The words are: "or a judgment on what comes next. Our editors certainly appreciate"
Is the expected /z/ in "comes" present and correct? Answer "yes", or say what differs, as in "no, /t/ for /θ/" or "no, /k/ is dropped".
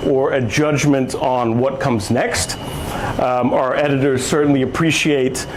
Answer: yes